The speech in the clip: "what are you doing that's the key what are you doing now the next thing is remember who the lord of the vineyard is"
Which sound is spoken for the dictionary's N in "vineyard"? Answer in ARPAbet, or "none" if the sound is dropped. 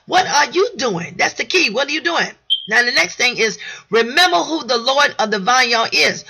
none